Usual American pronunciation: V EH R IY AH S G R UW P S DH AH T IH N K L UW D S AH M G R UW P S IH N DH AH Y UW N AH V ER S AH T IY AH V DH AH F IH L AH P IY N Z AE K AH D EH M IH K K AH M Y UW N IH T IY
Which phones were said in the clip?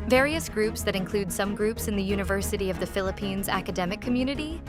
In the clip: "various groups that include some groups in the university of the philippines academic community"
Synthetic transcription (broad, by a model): V EH R IY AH S G R UW P S DH AH T IH N K L UW D S AH M G R UW P S IH N DH AH Y UW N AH V ER S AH T IY AH V DH AH F IH L AH P IY N Z AE K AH D EH M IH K K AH M Y UW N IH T IY